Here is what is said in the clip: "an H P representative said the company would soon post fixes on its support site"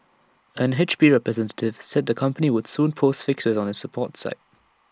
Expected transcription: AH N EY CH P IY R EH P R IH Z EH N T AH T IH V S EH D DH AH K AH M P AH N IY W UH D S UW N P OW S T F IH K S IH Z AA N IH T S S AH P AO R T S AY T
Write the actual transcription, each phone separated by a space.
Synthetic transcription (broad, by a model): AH N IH CH B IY R EH P R IH Z EH N T AH T IH V S EH D DH AH K AH M P AH N IY W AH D S UW N P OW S F IH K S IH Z N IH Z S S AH P AO T S AY T